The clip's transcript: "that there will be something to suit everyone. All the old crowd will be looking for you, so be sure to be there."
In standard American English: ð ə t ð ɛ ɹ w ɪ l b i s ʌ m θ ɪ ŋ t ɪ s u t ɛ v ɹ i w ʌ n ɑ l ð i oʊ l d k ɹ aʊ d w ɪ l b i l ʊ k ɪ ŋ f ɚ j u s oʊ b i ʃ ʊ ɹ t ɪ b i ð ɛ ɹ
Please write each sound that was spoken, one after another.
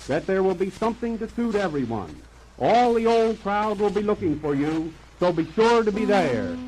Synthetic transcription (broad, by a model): ð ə t ð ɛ ɹ w ɪ l b i s ʌ m θ ɪ ŋ t ɪ s u t ɛ v ɹ i w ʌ n ɑ l ð i oʊ l d k ɹ aʊ d w ɪ l b i l ʊ k ɪ ŋ f ɚ j u s oʊ b i ʃ ʊ ɹ t ɪ b i ð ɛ ɹ